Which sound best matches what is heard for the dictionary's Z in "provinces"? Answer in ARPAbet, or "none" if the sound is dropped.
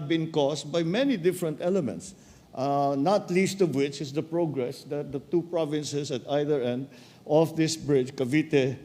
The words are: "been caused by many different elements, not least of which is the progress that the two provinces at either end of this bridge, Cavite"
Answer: S